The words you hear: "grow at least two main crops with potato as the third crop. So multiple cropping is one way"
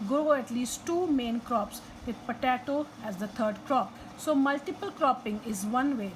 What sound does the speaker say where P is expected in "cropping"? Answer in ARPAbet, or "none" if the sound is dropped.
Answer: P